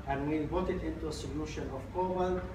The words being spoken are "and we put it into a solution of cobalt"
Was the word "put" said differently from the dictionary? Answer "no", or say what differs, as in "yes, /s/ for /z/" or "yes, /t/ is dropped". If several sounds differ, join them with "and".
yes, /b/ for /p/